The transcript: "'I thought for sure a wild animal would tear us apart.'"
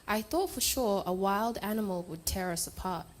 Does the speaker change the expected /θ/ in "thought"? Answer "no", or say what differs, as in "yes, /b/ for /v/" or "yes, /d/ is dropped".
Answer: no